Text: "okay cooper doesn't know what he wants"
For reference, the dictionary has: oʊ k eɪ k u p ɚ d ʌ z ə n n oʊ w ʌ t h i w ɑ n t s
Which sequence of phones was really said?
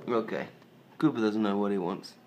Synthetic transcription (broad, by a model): oʊ k eɪ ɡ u b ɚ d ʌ z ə n n oʊ w ʌ t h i w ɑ n t s